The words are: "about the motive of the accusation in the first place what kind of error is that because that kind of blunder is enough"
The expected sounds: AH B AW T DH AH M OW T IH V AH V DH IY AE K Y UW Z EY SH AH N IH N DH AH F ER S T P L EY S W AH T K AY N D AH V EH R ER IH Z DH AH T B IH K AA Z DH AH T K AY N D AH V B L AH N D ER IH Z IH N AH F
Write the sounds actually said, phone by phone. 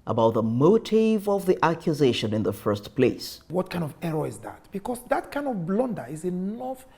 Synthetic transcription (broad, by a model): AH B AW T DH AH M OW T IH V AH V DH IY AE K Y UW Z EY SH AH N IH N DH AH F ER S T P L EY S W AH T K AY N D AH V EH R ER IH Z DH AH T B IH K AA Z DH AH T K AY N D AH V B L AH N D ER IH Z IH N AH F